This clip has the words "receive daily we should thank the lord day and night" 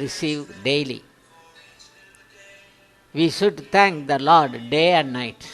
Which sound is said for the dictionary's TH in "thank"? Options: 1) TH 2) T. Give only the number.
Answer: 2